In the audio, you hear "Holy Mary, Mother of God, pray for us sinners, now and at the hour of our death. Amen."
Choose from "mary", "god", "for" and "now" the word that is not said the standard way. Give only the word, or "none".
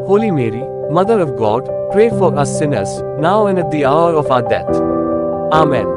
none